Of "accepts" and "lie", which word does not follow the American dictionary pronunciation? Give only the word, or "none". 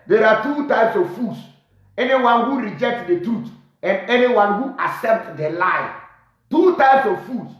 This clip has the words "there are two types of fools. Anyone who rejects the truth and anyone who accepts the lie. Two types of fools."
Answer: accepts